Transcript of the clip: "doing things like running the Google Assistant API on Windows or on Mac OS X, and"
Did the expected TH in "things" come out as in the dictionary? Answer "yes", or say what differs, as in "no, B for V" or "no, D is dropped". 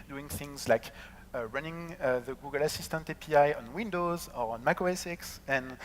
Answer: yes